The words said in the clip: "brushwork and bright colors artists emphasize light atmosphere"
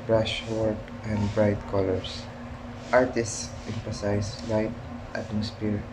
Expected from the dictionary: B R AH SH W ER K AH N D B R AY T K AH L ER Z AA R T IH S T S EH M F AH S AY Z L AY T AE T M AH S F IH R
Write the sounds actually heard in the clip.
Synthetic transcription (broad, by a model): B R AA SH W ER K AH N D B R AY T K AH L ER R AA R T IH S T S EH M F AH S AY S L AY T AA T M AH S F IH R